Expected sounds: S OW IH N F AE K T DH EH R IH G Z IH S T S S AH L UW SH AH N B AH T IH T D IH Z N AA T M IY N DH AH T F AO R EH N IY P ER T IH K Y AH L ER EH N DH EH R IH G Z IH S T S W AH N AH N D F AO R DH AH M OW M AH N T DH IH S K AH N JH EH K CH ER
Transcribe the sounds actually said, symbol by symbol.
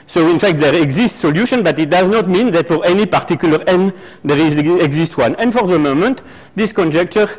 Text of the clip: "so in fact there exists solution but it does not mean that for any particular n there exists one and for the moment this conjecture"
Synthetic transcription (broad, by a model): S OW IH N F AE K T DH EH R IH G Z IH S T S S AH L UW SH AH N B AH T IH T D IH Z N AA T M IY N DH AH T F AO R EH N IY P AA T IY K Y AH L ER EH N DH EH R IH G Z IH S T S W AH N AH N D F AO R DH AH M OW M AH N T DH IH S K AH N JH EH K CH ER